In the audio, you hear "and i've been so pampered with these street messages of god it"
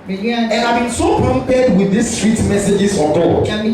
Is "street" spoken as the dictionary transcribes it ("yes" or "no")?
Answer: yes